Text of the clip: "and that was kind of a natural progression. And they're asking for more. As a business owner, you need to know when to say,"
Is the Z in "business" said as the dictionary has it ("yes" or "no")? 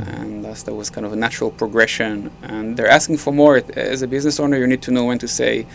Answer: yes